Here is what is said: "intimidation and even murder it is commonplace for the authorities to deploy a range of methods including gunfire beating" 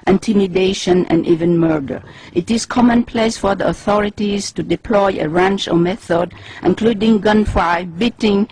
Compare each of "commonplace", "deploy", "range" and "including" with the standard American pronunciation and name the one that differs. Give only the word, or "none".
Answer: range